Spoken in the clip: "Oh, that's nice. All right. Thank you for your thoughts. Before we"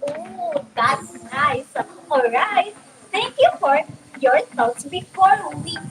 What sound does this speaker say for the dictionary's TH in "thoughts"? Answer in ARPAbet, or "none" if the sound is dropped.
S